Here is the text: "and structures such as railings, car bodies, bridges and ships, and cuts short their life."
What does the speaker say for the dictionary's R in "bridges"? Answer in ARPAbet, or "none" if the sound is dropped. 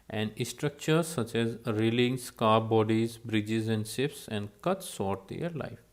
R